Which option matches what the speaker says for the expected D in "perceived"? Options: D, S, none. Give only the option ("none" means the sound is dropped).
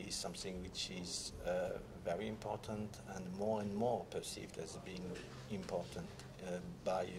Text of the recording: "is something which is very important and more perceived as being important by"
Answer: D